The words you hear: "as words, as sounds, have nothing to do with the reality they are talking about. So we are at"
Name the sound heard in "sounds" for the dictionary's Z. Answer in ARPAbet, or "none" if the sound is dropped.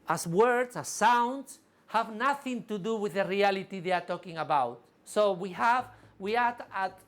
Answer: S